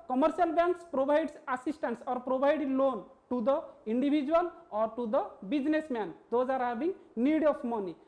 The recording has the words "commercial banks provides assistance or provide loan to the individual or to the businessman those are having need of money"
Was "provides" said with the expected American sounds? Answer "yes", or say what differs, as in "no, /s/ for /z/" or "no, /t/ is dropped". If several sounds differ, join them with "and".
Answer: no, /b/ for /v/